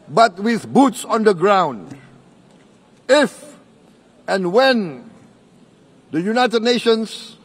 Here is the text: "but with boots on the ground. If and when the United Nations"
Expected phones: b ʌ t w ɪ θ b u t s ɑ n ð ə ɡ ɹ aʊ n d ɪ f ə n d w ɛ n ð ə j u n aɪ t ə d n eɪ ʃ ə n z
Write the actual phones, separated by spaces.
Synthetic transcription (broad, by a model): b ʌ t w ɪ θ b u t s ɑ n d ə ɡ ɹ aʊ n d ɪ f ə n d w ɛ n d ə j u n aɪ t ə d n eɪ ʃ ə n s